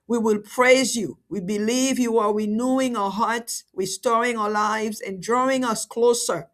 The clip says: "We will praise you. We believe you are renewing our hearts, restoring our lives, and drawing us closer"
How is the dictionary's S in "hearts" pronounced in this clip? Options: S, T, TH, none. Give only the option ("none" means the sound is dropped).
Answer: S